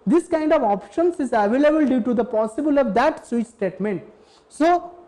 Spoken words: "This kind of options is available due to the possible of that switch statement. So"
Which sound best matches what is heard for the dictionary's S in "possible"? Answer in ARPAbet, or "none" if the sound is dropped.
S